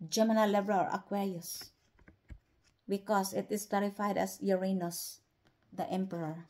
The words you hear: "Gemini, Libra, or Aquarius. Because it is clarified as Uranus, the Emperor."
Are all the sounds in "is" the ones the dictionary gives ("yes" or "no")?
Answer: no